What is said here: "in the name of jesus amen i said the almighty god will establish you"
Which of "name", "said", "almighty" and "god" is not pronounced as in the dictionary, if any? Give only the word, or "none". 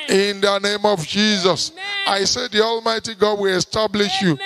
none